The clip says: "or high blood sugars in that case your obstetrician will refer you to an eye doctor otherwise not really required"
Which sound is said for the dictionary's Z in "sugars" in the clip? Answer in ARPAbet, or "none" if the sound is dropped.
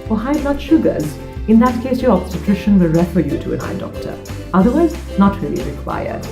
Z